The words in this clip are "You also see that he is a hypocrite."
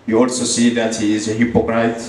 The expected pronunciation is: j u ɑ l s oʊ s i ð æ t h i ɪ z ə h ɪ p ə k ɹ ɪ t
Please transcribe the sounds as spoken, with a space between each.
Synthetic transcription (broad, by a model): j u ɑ s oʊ s i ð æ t h i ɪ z ə h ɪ p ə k ɹ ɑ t